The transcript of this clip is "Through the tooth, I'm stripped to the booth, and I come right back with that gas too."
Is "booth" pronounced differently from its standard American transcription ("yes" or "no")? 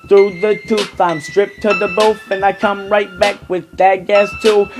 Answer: yes